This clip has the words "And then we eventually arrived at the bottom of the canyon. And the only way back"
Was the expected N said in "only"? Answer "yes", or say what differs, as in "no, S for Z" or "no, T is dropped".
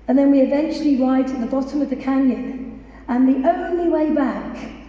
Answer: yes